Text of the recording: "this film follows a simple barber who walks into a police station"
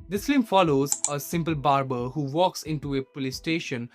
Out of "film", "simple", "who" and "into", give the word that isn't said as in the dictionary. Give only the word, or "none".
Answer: film